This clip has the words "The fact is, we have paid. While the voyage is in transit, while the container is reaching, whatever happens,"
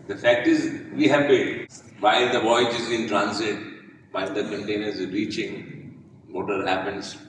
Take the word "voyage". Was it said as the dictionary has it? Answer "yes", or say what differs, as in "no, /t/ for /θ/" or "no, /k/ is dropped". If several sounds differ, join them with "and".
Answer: yes